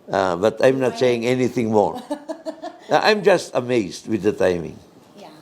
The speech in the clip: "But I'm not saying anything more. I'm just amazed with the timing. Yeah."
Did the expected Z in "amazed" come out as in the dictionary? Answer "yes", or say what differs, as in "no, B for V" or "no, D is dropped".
no, S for Z